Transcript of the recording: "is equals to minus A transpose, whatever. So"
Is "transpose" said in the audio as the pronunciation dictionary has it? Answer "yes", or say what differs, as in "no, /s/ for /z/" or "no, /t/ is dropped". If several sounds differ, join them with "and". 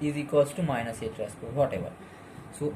no, /n/ is dropped